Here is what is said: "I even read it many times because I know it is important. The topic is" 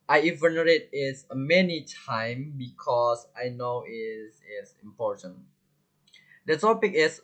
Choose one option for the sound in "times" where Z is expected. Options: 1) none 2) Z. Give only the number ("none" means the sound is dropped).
1